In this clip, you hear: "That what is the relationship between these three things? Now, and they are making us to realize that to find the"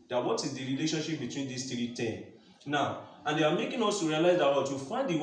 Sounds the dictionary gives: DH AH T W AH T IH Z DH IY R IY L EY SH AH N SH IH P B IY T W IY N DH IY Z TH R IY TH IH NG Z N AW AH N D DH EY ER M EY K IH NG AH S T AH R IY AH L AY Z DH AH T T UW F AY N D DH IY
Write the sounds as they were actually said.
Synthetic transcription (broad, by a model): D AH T W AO T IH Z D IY R IY L EY SH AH N SH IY P B IY T W IY N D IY S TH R IY T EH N N AW AH N D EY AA M EY K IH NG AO S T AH R IY AH L AY Z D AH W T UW F AY N D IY